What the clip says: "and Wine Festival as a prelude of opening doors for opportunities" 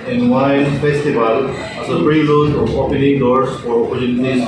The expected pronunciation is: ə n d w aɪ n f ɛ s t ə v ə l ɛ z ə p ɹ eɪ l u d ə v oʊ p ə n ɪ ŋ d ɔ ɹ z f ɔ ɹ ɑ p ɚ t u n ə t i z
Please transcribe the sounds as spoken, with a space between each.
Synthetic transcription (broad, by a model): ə n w aɪ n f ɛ s t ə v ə l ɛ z ə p ɹ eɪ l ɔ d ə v oʊ p ə n ɪ ŋ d ɔ ɹ s f ɔ ɹ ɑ p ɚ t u n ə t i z